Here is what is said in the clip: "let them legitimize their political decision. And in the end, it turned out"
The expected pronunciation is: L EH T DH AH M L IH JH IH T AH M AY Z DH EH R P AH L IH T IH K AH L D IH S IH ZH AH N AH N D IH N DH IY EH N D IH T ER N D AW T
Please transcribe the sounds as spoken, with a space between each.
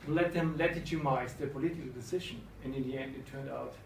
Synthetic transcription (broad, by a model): L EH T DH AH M L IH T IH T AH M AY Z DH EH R P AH L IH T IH K L D IH S IH ZH AH N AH N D IH N DH IY EH N D IH T ER N D AW T